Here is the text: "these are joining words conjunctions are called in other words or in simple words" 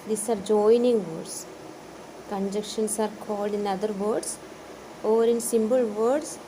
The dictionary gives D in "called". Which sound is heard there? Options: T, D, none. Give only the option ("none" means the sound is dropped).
D